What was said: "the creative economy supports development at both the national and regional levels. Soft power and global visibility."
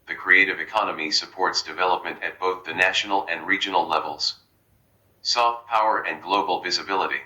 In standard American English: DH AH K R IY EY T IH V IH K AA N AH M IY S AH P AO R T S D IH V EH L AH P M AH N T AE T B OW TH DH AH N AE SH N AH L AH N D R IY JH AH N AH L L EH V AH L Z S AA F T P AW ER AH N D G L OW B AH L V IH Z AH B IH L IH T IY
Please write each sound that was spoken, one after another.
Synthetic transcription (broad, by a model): DH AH K R IY EY T IH V IH K AA N AH M IY S AH P AO R T S D IH V EH L AH P M AH N T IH T B OW TH DH AH N AE SH N L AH N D R IY JH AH N L L EH V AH L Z S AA F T P AW ER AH N G L OW B L V IH Z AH B IH L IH T IY